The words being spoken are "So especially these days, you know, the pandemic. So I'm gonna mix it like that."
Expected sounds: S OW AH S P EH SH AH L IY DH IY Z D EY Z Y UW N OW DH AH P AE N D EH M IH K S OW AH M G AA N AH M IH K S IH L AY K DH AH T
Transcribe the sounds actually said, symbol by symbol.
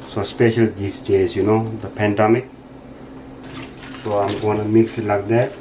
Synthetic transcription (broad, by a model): S OW S P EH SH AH L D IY S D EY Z Y UW N OW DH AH P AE N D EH M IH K S OW AH M G AA N AH M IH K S IH L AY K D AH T